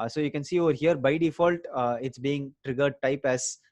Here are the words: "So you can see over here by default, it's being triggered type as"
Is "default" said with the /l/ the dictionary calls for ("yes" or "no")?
yes